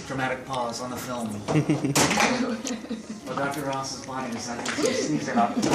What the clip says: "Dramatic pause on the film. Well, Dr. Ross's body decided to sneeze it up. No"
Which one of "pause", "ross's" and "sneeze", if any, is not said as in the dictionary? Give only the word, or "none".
sneeze